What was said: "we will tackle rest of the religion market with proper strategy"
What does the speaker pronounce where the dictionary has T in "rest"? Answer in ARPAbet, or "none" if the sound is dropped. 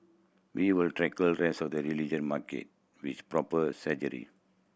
none